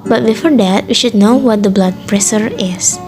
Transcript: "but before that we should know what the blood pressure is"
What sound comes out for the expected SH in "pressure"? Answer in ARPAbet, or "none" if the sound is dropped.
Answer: S